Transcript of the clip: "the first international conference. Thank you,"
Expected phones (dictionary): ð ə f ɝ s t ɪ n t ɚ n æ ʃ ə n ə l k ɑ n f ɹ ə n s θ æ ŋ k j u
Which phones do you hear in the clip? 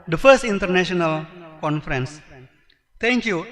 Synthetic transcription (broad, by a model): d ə f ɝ s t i n t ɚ n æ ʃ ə n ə l k ɑ n f ɹ ə n s t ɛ ŋ k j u